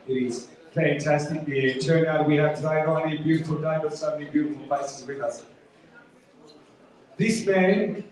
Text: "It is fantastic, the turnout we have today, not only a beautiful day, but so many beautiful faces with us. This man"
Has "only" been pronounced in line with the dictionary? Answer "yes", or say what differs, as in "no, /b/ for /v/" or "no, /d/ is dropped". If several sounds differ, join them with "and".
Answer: no, /l/ is dropped